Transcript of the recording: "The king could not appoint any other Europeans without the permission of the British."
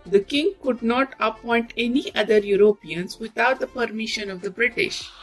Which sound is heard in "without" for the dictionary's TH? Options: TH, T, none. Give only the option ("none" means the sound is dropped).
T